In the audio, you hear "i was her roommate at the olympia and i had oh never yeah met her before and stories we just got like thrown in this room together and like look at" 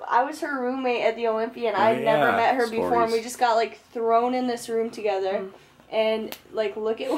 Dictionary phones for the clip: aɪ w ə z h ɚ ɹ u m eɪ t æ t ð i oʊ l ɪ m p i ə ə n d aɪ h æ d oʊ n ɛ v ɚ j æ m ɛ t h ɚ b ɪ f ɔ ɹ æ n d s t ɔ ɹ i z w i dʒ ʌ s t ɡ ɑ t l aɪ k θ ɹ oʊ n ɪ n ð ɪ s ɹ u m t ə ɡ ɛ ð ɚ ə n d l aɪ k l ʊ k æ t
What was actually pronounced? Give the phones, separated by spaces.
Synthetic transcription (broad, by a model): aɪ w ə z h ɚ ɹ u m eɪ t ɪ t ð i oʊ l ɪ m p i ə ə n aɪ n ɛ v ɚ m ɛ t h ɚ b ɪ f ɔ ɹ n w i dʒ ʌ s ɡ ɑ t l aɪ k θ ɹ oʊ n ɪ n ð ɪ s ɹ u m t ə ɡ ɛ ð ɚ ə n l aɪ k l ʊ k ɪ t